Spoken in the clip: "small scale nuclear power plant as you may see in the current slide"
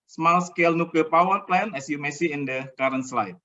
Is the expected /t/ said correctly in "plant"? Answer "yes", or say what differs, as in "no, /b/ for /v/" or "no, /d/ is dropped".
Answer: no, /t/ is dropped